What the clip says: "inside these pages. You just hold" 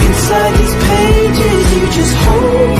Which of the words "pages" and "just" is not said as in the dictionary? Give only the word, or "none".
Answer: pages